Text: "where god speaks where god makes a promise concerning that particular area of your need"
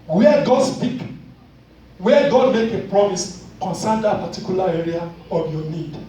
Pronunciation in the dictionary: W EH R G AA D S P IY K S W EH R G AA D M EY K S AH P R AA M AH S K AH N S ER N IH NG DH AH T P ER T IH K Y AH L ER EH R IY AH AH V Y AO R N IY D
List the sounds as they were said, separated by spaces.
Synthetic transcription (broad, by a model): W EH G AA D S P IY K W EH G AA D M EY K AH P R AA M AH S K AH N S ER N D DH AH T P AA T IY K Y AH L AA EH R IY AH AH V Y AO N IY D